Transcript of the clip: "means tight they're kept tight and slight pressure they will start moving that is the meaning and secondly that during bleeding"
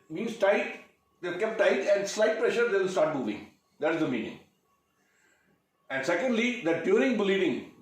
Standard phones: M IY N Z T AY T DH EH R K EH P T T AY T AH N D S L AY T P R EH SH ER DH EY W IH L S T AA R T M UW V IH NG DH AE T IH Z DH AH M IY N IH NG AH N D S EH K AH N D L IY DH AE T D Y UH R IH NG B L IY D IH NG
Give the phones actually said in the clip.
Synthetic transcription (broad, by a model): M IY N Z T AY T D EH L K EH P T T AY T AH N D S L AY T P R EH SH ER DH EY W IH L S T AA R T M UW V IH NG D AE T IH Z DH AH M IY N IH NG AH N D S EH K AH N D L IY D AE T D Y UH R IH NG B L IY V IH NG